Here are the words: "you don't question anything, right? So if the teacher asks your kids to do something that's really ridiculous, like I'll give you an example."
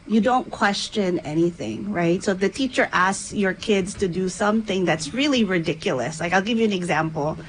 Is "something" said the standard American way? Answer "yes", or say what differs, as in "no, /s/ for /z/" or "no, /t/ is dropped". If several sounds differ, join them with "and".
yes